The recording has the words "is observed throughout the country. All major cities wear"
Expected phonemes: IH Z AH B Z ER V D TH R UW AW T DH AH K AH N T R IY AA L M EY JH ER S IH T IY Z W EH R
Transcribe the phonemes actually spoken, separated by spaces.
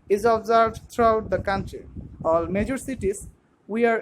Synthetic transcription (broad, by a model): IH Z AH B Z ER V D T R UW AW T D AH K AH N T R IY AA L M EY JH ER S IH T IY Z W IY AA